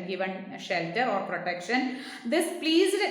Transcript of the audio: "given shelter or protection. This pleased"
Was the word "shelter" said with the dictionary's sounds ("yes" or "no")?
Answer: yes